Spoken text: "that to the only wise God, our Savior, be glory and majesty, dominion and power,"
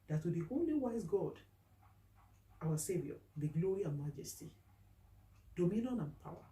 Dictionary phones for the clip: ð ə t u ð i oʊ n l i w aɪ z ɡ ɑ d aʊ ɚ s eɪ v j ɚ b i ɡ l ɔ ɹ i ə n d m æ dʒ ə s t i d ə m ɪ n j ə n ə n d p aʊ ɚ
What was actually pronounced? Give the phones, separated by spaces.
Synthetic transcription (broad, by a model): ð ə t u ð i oʊ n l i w aɪ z ɡ ɑ d aʊ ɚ s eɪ v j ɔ b i ɡ l ɔ ɹ i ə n m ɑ dʒ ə s t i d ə m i n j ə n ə n p aʊ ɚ